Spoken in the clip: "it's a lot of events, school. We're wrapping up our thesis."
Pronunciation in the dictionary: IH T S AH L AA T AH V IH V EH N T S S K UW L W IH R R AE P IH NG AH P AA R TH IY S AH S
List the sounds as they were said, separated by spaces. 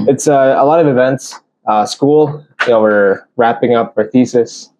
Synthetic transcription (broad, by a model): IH T S AH L AA T AH V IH V EH N T S S K UW L W IH R R AE P IH NG AH P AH R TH IY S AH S